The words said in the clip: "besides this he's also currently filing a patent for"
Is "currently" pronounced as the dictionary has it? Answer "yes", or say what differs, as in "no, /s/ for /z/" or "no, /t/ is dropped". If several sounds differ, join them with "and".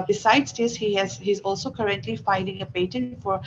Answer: yes